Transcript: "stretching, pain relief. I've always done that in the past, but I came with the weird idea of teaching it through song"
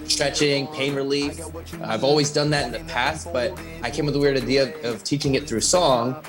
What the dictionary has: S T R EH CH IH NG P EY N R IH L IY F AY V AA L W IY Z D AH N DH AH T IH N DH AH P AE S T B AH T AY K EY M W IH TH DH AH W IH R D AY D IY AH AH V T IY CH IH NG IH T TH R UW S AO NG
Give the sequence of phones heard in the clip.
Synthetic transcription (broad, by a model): S T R EH CH IH NG P EY N R IH L IY F AY V AA L W IY Z D AH N DH AH T IH N DH AH P AE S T B AH T AY K EY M W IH DH AH W IH R D AY D IY AH AH V T IY CH IH NG IH T TH R UW S AO NG